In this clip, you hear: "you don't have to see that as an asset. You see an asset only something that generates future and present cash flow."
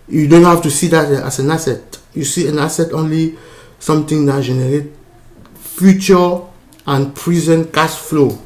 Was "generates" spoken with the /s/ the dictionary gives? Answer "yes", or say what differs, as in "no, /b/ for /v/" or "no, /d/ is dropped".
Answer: no, /s/ is dropped